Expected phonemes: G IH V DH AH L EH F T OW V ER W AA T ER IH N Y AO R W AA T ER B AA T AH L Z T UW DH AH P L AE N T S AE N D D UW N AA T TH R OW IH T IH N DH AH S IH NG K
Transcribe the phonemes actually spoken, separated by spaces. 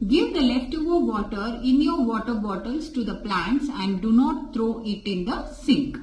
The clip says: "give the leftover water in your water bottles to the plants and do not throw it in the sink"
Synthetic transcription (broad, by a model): G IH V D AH L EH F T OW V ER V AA T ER IH N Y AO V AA T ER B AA T AH L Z T UW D AH P L AE N T S AE N D D UW N AA T T R OW IH T IH N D AH S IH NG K